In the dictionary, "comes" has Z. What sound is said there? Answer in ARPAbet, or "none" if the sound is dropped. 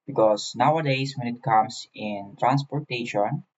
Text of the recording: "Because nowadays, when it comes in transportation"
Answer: S